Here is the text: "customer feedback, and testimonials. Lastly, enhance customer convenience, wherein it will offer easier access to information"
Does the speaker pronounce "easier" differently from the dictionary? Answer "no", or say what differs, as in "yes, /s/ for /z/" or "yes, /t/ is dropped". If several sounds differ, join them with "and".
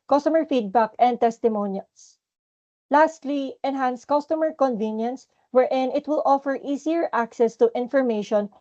yes, /s/ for /z/